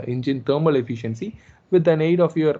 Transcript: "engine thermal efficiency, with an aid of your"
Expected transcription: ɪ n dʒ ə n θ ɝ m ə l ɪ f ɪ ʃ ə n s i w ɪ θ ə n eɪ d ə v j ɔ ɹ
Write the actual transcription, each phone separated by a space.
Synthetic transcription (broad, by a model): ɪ n dʒ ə n t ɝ m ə l ɪ f ɪ ʃ ə n s i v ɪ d ə n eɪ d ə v j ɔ ɹ